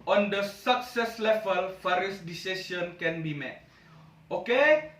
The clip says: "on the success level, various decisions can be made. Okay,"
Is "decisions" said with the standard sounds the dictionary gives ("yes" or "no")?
no